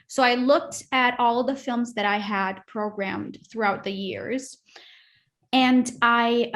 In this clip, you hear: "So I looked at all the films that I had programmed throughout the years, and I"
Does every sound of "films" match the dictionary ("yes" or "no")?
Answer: yes